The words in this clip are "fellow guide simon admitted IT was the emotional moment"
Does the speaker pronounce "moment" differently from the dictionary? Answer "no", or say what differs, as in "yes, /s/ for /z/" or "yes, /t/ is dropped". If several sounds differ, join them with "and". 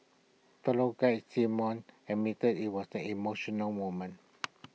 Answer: yes, /t/ is dropped